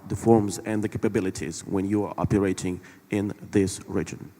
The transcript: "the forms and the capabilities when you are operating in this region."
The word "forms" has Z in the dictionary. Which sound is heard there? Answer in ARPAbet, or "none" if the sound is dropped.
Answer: Z